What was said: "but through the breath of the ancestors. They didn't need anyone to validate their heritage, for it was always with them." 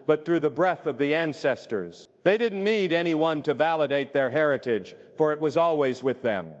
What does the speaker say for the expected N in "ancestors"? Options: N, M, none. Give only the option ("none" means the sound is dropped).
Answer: N